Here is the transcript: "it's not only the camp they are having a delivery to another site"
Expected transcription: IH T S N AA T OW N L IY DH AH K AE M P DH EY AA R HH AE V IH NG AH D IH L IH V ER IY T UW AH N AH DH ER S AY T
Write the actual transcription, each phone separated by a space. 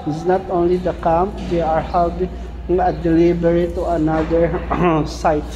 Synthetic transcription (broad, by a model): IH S N AA T OW N L IY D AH K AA M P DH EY AA R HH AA B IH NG AH D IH L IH B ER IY T UW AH N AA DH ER S AY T